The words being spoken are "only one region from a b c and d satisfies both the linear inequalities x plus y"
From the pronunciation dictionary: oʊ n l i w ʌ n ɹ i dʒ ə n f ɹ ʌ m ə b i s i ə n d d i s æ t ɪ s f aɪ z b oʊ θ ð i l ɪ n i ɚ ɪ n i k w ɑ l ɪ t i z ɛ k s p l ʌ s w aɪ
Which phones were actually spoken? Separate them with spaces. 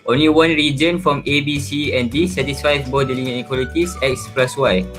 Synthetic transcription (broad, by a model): oʊ n l i w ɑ n ɹ i dʒ ə n f ɹ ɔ m ə b i s i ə n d d i s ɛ t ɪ s f aɪ b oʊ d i l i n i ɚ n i k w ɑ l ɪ t i s ɛ k s p l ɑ s w aɪ